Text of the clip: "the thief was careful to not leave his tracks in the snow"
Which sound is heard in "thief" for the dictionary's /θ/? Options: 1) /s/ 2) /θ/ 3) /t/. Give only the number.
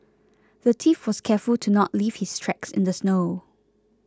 3